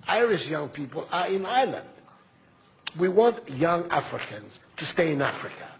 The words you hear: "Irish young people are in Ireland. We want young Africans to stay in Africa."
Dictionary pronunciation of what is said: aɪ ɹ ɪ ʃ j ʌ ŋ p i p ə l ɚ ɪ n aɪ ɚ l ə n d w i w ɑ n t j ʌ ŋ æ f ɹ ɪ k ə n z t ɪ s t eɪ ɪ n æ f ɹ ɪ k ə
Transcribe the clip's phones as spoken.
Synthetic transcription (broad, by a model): aɪ ɹ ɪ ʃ j ʌ ŋ p i p ə l ɚ ɪ n aɪ l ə n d w i w ɑ n t j ʌ ŋ æ f ɹ ɪ k ə n z t ɪ s t eɪ ɪ n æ f ɹ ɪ k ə